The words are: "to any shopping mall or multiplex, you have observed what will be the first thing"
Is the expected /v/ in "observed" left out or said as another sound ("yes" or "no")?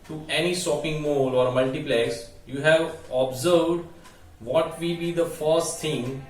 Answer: no